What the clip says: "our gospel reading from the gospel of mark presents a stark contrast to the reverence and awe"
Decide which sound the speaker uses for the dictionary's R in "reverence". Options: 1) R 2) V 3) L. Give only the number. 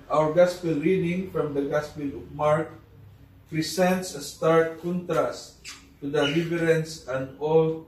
3